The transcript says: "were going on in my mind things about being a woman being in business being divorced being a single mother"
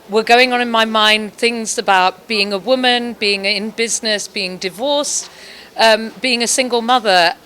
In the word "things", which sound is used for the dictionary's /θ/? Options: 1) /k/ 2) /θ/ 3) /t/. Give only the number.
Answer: 2